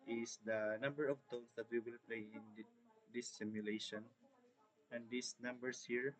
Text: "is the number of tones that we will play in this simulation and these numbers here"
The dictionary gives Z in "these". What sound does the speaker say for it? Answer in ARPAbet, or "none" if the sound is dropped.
S